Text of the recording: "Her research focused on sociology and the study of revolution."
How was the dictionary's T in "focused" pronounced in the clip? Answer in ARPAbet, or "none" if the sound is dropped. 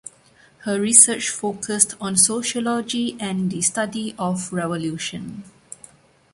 T